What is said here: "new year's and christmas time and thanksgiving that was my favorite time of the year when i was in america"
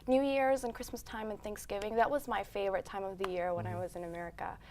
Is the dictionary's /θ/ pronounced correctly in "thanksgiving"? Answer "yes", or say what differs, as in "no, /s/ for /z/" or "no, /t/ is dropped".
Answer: yes